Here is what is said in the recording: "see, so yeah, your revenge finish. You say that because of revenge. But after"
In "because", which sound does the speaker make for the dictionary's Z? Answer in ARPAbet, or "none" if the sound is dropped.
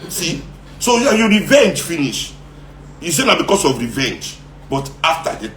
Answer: S